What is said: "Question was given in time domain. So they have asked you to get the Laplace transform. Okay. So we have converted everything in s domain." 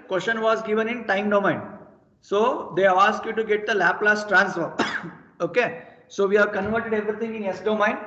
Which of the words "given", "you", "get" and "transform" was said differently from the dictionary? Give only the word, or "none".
transform